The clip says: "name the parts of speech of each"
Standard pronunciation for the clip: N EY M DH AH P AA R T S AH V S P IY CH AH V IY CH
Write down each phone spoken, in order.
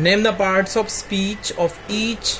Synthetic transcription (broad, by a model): N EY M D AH P AA R T S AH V S P IY CH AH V IY CH